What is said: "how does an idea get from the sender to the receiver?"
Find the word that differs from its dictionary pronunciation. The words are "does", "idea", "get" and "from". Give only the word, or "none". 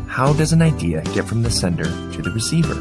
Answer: none